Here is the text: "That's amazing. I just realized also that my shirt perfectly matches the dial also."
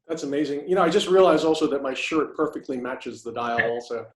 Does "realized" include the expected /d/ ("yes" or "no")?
no